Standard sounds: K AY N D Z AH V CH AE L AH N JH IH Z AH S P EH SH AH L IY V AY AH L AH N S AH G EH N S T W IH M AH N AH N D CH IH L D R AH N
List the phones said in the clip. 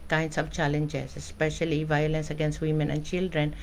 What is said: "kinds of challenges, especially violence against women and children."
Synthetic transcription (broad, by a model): K AY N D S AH B CH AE L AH N JH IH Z AH S P EH SH AH L IY V AY AH L AH N S AH G EH N S T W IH M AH N AH N D CH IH L D R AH N